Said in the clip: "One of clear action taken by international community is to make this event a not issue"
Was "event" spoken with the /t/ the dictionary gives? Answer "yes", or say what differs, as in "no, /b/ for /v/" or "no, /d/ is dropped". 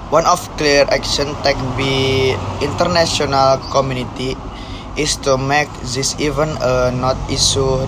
no, /t/ is dropped